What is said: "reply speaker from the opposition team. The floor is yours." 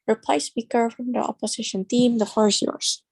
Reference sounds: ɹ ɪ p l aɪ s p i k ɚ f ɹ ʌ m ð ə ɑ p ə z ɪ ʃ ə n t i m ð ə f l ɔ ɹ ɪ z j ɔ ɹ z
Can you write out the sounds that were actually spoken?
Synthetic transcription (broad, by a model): ɹ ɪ p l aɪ s p i k ɚ f ɹ ʌ m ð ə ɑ p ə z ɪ ʃ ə n t i m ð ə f ɔ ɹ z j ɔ ɹ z